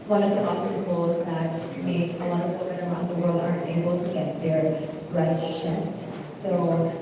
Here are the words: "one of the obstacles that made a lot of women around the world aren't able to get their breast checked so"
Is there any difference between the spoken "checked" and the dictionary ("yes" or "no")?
yes